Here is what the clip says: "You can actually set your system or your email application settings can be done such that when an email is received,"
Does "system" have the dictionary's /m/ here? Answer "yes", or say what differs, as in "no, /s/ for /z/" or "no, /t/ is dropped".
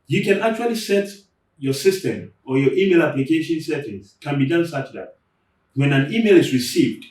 yes